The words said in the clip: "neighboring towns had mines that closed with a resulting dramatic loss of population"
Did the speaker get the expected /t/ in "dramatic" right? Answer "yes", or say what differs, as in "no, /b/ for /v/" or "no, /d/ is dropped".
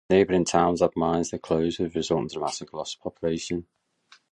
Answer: no, /s/ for /t/